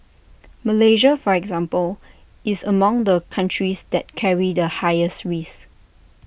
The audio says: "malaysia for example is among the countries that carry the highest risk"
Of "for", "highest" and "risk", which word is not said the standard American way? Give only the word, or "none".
risk